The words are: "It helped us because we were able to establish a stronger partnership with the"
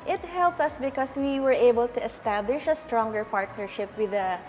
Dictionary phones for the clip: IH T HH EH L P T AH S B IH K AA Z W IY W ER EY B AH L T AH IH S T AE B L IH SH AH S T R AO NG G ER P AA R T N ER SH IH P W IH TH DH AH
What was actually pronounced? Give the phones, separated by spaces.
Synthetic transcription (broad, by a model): IH T HH EH L P T AH S B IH K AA S W IY W ER EY B AH L T AH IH S T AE B L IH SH AH S T R AO NG G ER P AA R T N ER SH IH P W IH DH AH